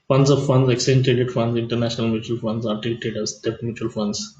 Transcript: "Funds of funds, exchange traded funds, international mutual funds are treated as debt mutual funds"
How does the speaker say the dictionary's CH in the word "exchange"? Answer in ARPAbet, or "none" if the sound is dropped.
none